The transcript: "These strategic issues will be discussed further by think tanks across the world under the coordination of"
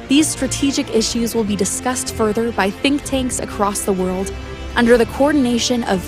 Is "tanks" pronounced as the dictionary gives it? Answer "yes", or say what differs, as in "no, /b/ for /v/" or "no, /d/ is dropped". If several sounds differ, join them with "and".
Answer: yes